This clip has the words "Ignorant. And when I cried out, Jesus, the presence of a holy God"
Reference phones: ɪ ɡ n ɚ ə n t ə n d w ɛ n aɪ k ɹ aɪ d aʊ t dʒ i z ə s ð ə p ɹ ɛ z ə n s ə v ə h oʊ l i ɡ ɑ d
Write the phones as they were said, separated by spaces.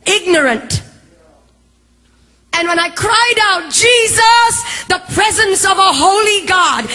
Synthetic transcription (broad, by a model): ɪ ɡ n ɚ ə n t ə n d w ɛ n aɪ k ɹ aɪ d aʊ t dʒ i z ə s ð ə p ɹ ɛ z ə n s ə v ə h oʊ l i ɡ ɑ d